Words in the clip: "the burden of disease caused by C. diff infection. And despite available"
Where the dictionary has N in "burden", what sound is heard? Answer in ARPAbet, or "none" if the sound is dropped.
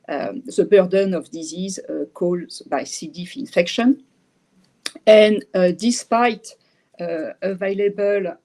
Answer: N